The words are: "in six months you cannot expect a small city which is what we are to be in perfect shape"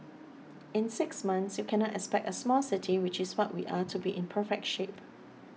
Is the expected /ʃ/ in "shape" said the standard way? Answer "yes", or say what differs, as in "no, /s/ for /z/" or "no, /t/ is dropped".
yes